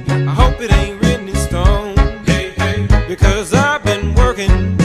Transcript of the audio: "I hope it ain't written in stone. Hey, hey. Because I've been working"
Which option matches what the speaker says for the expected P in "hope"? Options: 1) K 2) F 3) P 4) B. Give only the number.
3